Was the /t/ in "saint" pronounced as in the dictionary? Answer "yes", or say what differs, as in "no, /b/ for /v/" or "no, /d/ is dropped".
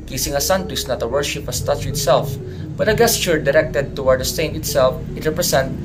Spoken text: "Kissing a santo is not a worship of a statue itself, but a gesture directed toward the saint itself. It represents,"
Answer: no, /t/ is dropped